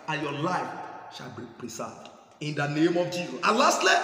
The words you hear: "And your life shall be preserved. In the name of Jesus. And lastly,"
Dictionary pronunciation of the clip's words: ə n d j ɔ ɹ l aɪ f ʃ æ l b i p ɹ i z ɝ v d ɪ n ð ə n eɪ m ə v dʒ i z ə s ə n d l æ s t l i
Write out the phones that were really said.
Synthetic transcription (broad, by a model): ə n j ɔ l aɪ f ʃ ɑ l b i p ɹ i s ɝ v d ɪ n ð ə n eɪ m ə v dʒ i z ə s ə l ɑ s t l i